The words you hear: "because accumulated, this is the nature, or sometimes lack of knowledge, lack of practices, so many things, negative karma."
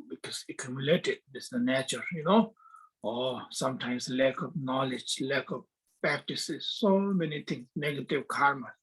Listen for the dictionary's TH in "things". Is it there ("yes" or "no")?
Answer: no